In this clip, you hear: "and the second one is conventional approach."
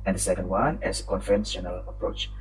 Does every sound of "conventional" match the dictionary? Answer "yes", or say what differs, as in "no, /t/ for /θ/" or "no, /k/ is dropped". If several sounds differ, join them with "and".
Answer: no, /f/ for /v/